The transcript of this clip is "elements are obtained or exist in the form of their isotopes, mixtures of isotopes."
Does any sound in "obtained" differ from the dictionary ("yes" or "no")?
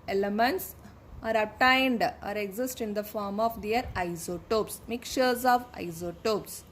yes